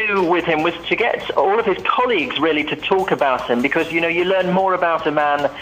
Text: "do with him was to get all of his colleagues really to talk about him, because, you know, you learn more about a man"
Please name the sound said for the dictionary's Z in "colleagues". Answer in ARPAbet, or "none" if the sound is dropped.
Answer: Z